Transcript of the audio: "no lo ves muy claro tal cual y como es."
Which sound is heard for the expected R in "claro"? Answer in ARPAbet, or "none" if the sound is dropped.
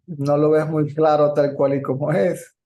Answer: R